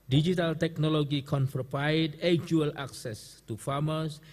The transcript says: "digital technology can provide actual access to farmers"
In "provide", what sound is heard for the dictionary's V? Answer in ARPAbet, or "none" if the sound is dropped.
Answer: P